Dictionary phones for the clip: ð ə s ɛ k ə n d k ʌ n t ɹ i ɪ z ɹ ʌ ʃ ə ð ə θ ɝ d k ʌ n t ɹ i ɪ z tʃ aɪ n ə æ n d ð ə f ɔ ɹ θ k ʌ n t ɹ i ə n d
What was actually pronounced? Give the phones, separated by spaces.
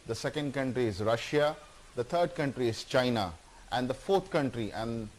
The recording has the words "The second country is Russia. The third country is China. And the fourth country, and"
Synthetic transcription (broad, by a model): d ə s ɛ k ə n d k ʌ n t ɹ i ɪ z ɹ ʌ ʃ ə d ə t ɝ d k ʌ n t ɹ i ɪ z tʃ aɪ n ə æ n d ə f ɔ ɹ t k ʌ n t ɹ i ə n d